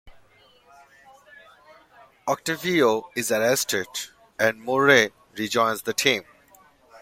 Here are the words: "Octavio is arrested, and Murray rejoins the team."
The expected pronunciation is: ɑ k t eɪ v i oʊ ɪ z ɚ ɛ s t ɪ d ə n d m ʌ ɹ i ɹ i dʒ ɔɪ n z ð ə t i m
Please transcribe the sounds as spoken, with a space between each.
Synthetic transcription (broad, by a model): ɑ k t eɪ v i oʊ ɪ z ɚ ɛ s t ɪ d ə n d m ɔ ɹ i ɹ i dʒ ɔɪ n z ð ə t i m